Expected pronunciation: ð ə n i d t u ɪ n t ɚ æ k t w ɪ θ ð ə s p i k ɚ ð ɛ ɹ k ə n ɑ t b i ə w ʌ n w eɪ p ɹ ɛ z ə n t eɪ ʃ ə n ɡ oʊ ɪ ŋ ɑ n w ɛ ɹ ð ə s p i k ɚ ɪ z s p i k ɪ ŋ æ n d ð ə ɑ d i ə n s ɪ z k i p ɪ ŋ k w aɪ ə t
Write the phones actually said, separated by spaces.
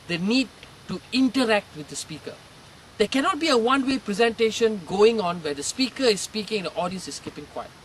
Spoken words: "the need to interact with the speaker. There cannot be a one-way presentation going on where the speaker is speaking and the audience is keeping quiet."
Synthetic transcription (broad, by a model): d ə n i d t u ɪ n t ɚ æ k t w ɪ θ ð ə s p i k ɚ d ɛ k ə n ɑ t b i ə w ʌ n w eɪ p ɹ ɛ z ə n t eɪ ʃ ə n ɡ oʊ ɪ ŋ ɑ n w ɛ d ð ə s p i k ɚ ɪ s p i k ɪ ŋ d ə ɑ d i ə n s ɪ s k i p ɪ ŋ k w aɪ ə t